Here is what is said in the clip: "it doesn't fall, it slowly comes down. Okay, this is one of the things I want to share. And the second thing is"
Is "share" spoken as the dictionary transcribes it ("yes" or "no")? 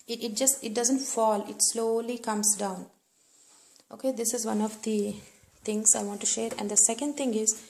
yes